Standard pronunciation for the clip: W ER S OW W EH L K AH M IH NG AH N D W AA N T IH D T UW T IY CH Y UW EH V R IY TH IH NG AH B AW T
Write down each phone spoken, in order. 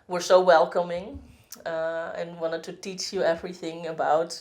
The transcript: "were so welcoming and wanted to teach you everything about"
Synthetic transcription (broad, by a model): W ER S OW W EH L K AH M IH NG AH N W W AA N T IH D T UW T IY CH Y UW EH V R IY TH IH NG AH B AW T